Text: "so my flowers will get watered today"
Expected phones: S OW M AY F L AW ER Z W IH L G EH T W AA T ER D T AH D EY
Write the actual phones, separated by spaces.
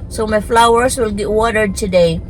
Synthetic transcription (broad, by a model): S OW M AY F L AW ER S W IH L G EH T W AA T ER D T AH D EY